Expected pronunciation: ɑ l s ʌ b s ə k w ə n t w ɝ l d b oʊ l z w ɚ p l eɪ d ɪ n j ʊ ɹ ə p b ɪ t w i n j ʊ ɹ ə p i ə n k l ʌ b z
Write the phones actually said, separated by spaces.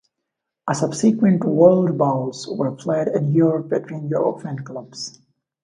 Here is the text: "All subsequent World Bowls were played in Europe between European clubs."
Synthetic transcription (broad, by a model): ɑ s ʌ b s ə k w ə n t w ɝ l d b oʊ l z w ɚ p l eɪ d ɪ n j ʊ ɹ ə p b ɪ t w i n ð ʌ ə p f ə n k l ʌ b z